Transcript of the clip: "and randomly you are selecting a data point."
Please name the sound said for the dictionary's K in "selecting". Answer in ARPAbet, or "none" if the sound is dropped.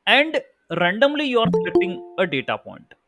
none